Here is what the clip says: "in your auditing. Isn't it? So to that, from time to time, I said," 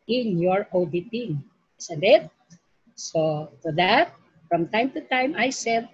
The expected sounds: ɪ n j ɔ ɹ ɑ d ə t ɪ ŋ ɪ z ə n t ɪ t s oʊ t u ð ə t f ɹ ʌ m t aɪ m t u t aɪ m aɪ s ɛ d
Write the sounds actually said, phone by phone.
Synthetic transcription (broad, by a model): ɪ n j ɔ ɹ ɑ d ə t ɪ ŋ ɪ s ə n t ɪ t s oʊ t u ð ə t f ɹ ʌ m t aɪ m t u t aɪ m aɪ s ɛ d